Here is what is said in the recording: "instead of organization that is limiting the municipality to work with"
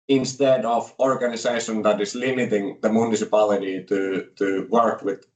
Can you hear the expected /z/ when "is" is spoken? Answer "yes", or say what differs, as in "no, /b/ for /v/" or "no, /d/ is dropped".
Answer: no, /s/ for /z/